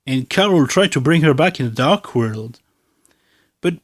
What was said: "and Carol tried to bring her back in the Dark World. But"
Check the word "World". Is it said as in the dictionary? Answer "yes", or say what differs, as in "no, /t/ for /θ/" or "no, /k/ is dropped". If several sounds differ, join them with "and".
yes